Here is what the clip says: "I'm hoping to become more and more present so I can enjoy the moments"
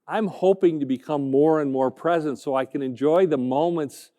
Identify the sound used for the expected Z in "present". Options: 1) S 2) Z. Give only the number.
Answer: 2